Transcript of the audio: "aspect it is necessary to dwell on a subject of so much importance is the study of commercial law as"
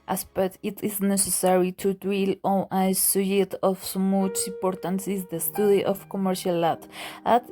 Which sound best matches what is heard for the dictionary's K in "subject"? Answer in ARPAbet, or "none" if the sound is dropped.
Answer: none